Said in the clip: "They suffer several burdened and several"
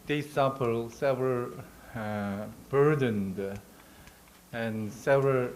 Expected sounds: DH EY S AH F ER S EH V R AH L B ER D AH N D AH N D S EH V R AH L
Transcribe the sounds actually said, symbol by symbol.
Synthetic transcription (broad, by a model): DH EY S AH P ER S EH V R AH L B ER D AH N D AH N S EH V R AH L